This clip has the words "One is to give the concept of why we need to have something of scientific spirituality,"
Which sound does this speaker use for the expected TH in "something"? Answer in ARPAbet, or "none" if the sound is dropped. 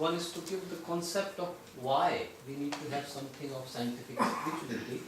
T